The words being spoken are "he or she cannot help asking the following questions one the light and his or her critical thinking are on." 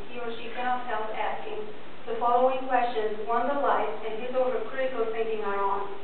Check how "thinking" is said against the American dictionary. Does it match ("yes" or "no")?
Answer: no